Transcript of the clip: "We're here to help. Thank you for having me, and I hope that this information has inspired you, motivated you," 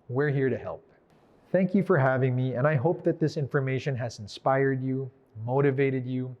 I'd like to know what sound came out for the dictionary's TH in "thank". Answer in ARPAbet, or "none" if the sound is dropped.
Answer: TH